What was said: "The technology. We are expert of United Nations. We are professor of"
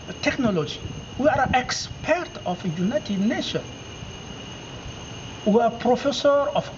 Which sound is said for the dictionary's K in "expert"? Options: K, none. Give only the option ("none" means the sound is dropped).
K